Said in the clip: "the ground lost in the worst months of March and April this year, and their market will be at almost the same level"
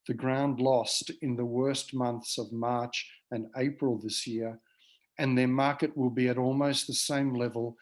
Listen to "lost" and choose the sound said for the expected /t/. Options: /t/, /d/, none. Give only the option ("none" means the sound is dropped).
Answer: /t/